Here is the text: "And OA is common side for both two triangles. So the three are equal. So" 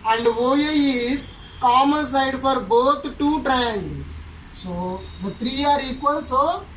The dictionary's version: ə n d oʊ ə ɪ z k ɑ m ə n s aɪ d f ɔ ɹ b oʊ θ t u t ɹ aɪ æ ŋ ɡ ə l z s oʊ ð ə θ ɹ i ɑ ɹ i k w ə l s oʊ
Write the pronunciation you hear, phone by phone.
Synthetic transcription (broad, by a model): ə n d oʊ ə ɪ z k ɑ m ə n s aɪ d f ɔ ɹ b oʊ t t u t ɹ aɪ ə n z s oʊ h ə t ɹ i ɑ ɹ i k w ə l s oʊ